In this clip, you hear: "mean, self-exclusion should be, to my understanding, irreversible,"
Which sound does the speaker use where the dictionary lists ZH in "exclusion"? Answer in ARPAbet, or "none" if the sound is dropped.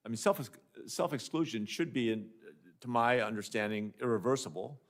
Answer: ZH